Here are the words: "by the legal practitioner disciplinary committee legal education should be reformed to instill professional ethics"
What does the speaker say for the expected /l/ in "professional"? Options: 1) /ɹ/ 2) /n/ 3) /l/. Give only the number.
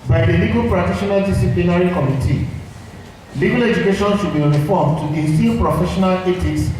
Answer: 3